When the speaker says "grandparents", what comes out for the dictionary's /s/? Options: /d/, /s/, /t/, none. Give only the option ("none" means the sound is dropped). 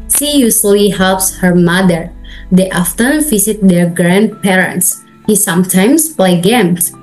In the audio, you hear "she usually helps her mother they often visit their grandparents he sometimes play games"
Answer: /s/